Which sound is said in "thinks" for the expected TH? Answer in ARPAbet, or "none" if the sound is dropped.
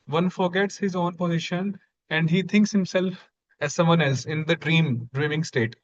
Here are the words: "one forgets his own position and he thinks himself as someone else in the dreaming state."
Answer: T